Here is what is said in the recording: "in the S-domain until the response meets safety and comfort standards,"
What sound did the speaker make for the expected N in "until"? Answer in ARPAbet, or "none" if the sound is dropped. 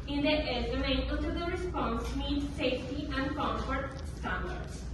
none